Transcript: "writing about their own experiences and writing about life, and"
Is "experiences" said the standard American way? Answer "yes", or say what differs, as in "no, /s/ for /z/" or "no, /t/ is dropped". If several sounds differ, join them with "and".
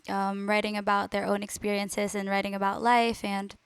yes